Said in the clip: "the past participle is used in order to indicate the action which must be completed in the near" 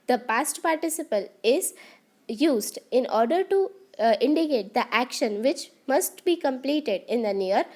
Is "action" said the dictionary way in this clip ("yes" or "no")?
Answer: yes